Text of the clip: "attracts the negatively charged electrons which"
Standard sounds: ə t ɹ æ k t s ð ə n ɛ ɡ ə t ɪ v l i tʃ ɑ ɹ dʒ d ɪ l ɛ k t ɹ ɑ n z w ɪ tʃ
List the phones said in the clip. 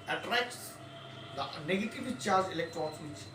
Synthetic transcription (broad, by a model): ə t ɹ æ k t s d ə n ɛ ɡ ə t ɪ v i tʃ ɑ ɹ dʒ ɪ l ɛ k t ɹ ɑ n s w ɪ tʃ